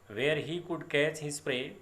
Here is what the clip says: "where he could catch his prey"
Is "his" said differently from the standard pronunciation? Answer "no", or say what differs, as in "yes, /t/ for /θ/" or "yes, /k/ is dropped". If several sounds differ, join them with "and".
yes, /s/ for /z/